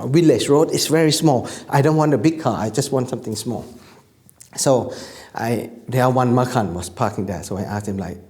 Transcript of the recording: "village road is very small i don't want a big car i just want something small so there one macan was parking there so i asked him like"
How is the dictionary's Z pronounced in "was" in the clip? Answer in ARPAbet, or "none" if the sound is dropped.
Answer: S